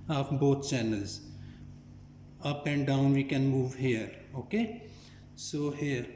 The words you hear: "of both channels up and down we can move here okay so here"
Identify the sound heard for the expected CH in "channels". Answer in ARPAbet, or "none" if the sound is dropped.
CH